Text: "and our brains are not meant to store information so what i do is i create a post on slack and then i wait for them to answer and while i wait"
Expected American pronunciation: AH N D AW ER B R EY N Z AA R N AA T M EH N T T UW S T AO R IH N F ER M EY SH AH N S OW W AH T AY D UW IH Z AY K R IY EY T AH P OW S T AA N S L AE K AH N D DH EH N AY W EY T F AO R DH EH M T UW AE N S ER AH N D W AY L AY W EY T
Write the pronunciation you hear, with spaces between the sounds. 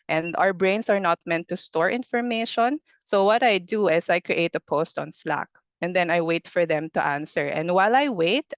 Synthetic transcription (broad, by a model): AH N D AW ER B R EY N S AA R N AA T M EH N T T UW S T AO R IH N F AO M EY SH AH N S OW W AH T AY D UW IH S AY K R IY EY T AH P OW S T AA N S L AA K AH N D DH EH N AY W EY T F AO R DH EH M T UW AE N S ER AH N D W AY L AY W EY T